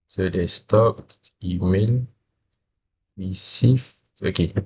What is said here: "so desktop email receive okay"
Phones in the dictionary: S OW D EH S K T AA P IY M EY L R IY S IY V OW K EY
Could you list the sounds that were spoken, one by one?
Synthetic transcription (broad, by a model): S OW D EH S T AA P IY M EY L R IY S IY F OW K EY